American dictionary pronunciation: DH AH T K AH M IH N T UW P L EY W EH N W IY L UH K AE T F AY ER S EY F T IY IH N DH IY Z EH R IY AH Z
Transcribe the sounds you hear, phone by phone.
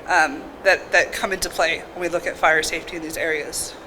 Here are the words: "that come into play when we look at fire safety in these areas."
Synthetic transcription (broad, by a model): DH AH T K AH M IH N T UW P L EY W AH N W IY L UH K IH T F AY ER S EY F T IY IH N DH IY Z EH R IY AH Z